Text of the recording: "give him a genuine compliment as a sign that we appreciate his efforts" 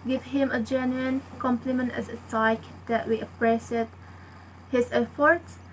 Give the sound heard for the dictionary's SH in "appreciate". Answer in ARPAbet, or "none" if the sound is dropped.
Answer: S